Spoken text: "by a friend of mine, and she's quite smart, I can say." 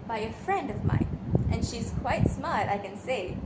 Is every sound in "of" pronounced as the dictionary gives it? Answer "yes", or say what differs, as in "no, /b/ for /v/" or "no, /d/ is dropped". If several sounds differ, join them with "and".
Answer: yes